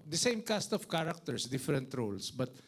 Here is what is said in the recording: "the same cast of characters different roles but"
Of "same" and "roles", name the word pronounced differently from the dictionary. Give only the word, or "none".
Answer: roles